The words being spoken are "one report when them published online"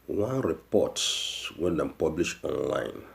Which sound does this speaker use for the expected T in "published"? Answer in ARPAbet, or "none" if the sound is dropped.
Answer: none